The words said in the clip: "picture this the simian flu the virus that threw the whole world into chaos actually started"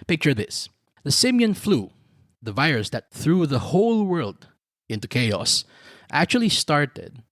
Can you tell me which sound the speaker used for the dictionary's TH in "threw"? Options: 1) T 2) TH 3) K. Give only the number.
2